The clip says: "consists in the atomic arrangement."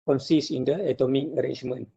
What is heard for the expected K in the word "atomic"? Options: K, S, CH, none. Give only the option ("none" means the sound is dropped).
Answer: K